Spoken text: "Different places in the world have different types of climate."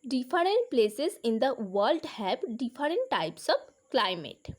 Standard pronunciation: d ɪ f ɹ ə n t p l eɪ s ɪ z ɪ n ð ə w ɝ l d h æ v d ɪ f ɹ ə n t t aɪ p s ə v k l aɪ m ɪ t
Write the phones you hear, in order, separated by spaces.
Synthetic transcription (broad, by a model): d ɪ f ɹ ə n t p l eɪ s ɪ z ɪ n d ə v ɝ l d h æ b d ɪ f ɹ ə n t t aɪ p s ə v k l aɪ m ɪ t